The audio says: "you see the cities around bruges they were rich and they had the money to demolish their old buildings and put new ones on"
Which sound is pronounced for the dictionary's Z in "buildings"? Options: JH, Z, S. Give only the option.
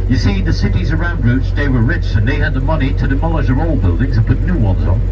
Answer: Z